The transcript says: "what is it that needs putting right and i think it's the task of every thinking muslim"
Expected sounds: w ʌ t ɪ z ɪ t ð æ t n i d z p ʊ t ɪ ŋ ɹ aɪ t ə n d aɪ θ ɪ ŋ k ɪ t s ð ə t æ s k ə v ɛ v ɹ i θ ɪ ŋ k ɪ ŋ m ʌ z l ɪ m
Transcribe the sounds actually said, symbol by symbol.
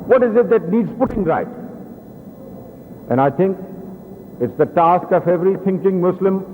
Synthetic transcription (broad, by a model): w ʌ t ɪ z ɪ t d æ t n i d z p ʊ t ɪ ŋ ɹ aɪ t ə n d aɪ t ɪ ŋ k ɪ t s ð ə t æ s k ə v ɛ v ɹ i t ɪ ŋ k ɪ ŋ m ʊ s l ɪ m